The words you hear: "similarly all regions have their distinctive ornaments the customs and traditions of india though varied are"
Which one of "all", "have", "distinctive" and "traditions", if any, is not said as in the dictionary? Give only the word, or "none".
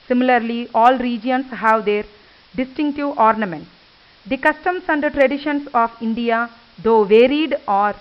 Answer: traditions